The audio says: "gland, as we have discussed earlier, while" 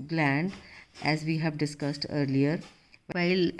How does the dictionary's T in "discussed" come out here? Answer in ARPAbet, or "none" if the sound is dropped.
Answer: T